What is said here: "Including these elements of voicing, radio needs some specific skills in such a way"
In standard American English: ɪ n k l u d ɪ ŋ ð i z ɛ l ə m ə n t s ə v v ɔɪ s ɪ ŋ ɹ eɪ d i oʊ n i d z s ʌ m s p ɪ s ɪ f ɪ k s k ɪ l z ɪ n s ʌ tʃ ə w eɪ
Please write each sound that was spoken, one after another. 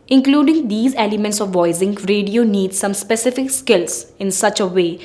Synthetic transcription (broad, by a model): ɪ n k l u d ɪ ŋ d i z ɛ l ə m ə n t s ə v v ɔɪ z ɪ ŋ ɹ eɪ d i oʊ n i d s ʌ m s p ɪ s ɪ f ɪ k s k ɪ l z ɪ n s ʌ tʃ ə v eɪ